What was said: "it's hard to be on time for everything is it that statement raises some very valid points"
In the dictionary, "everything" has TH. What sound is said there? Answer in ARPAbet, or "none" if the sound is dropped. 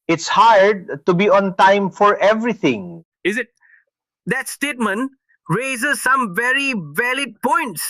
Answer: T